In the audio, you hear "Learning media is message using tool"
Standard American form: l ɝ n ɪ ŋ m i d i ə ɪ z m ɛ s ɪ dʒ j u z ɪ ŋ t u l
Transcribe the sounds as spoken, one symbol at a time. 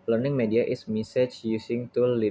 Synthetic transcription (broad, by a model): l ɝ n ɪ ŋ m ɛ d i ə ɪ s m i s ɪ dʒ j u s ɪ ŋ t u l